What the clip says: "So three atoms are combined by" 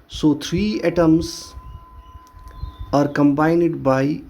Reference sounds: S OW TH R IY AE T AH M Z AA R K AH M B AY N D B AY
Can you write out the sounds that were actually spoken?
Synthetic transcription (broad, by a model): S OW T R IY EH T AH M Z AA R K AH M B AY N D B AY